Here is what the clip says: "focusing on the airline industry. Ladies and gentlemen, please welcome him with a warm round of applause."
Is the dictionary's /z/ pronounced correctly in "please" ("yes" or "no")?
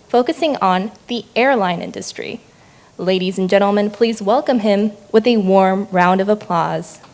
yes